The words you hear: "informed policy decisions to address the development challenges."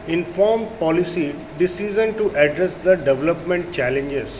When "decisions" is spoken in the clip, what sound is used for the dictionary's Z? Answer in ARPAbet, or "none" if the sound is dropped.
none